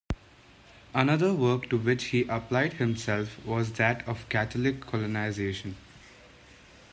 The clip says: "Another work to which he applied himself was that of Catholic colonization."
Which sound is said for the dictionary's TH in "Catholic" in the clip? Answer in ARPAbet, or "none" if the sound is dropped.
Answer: T